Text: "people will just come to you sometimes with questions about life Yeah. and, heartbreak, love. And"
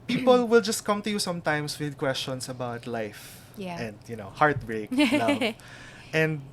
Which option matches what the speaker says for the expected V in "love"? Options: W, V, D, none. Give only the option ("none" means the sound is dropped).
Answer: none